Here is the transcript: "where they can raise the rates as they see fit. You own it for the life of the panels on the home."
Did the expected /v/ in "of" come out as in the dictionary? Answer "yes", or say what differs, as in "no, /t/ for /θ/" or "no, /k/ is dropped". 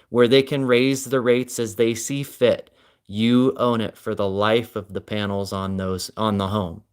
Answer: yes